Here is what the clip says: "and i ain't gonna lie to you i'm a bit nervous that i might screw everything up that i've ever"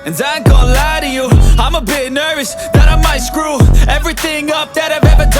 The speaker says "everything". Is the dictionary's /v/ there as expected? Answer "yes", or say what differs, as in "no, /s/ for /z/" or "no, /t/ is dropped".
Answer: yes